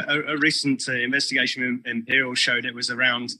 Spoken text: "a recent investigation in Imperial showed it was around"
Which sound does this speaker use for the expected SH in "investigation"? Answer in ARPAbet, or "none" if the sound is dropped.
none